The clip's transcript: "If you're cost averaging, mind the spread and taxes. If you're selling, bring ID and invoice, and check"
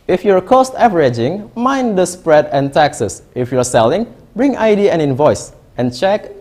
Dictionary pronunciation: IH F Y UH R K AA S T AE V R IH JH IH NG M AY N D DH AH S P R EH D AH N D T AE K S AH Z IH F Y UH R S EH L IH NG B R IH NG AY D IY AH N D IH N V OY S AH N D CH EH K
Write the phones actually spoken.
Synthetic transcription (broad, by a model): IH F Y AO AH K AA S T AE V R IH JH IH NG M AY N D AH S P R EH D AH N T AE K S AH S IH F Y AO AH S EH L IH NG B R IH NG AY D IY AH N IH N V OY S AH N CH EH K